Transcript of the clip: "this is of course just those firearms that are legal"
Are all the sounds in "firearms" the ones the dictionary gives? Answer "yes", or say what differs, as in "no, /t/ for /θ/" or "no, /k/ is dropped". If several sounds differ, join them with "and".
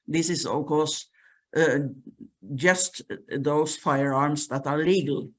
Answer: no, /s/ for /z/